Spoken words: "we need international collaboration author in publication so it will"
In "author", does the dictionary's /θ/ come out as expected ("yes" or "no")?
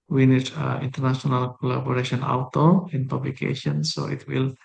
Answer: no